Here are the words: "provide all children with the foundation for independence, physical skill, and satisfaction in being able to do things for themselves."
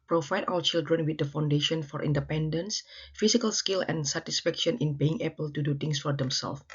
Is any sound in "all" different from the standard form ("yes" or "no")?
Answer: yes